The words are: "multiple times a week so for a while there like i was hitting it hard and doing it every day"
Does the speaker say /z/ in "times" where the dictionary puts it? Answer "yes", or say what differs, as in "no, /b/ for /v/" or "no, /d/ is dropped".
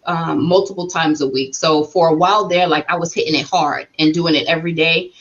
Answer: yes